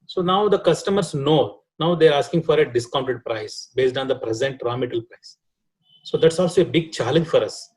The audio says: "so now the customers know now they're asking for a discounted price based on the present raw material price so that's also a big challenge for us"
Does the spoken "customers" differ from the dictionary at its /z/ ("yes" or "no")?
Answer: yes